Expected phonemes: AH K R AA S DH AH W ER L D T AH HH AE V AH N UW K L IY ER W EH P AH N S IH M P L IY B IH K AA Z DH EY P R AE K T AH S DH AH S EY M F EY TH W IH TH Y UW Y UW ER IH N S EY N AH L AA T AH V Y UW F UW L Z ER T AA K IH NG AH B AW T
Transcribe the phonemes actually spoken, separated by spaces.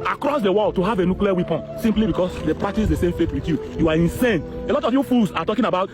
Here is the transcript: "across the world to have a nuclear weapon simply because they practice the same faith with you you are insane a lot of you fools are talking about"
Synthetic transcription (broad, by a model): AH K R AA S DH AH W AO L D T AH HH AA V AH N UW K L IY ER W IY P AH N S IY M P L IY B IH K AA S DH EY P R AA T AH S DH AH S EY M F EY T W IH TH Y UW Y UW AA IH N S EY N AH L AA T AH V Y UW F UW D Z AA T AA K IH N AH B AW T